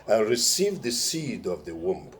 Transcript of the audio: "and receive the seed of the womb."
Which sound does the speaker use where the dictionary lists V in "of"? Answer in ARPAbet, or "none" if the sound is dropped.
V